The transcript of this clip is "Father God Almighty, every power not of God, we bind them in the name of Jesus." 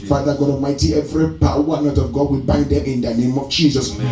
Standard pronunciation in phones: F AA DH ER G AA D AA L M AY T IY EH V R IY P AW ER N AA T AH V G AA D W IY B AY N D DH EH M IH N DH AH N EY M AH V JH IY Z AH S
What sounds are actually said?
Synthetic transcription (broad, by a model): F AA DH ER G AA D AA M AY T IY EH V R IY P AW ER N AA T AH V G AA D W IY B AY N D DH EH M IH N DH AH N EY M AH V JH IY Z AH S